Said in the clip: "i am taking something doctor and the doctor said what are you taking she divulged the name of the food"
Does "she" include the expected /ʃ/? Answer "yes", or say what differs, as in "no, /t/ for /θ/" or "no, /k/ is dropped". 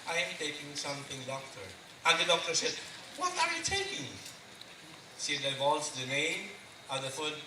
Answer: no, /s/ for /ʃ/